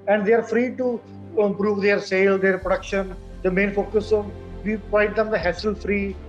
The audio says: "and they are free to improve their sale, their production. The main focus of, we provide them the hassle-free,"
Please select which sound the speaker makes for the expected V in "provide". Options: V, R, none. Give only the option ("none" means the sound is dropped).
none